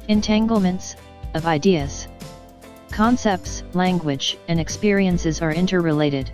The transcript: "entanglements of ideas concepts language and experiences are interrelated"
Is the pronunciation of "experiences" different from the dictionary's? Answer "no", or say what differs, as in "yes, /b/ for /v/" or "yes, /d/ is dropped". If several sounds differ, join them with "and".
no